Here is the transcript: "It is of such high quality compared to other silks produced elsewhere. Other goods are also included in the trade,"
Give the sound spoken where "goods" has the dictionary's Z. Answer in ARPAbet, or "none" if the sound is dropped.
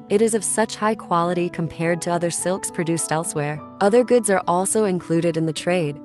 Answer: Z